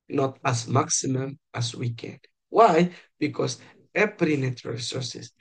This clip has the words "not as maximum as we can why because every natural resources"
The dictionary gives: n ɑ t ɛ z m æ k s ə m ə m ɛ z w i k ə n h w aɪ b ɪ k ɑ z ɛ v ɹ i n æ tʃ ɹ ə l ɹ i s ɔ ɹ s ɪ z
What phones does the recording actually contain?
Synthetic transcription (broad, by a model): n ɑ t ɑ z m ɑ k s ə m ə m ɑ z w i k ə n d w aɪ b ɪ k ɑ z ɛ p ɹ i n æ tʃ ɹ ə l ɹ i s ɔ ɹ s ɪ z